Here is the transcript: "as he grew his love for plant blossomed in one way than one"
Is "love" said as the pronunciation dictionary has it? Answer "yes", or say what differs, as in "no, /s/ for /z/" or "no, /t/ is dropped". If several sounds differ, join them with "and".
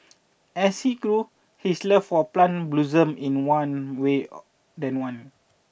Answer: no, /f/ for /v/